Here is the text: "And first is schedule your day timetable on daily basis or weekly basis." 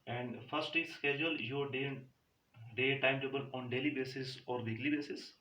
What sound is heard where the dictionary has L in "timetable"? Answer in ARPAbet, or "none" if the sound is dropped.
N